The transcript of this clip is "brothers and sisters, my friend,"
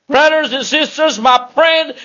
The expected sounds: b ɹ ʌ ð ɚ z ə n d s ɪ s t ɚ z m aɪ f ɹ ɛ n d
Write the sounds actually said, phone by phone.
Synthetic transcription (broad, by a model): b ɹ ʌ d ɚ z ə n s ɪ s t ɚ z m aɪ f ɹ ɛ n d